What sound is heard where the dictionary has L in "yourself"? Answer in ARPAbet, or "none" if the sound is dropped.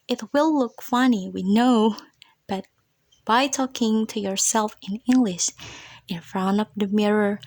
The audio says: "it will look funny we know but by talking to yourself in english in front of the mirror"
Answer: L